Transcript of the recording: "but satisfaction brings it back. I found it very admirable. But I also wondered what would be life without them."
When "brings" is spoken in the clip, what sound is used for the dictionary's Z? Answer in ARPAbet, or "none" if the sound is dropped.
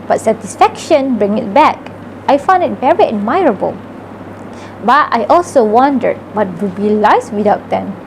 none